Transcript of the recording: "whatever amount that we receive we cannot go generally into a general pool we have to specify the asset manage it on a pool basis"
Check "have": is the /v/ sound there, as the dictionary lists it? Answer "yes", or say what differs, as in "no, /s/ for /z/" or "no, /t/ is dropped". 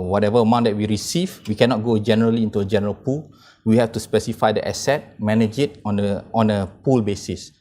no, /f/ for /v/